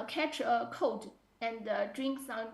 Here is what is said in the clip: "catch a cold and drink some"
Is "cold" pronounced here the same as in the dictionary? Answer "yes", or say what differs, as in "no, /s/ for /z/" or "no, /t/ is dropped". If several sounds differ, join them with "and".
no, /l/ is dropped